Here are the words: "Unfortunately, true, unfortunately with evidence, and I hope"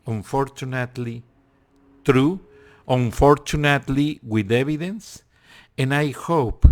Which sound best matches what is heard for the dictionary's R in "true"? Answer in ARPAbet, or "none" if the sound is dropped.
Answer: R